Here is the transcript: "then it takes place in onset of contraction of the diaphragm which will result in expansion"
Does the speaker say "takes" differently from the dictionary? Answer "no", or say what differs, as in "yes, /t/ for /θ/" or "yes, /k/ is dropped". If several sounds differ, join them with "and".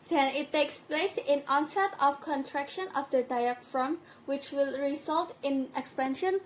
no